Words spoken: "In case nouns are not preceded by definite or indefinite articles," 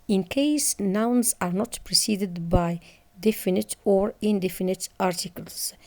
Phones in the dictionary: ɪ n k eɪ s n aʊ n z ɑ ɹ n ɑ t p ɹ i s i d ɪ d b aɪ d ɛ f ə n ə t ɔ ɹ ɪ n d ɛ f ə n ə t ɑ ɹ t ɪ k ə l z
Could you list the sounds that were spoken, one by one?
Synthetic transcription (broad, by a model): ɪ n k eɪ s n aʊ n z ɑ ɹ n ɑ t p ɹ i s i d ɪ d b aɪ d ɛ f ə n ə t ɔ ɹ ɪ n d ɛ f ə n ə t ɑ ɹ t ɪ k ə l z